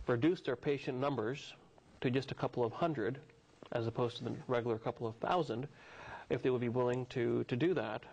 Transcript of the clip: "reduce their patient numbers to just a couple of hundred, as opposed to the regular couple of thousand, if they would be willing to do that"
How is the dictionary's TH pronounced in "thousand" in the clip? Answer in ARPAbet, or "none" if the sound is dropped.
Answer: TH